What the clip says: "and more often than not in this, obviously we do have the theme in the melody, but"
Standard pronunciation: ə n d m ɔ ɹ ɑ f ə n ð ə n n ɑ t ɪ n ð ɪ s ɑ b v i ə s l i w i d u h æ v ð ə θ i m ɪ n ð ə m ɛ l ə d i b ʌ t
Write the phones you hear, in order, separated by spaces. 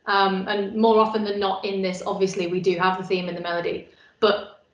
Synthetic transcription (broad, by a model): ə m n m ɔ ɹ ɑ f ə n ð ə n n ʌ t ɪ n ð ɪ s ɑ b v i ə s l i w i d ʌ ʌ v ð ə θ i m ɪ n ð ə m ɛ l ə d i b ʌ t